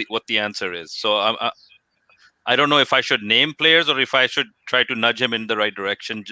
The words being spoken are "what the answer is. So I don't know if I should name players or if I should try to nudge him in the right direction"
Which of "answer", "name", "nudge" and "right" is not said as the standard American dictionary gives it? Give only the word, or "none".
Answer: none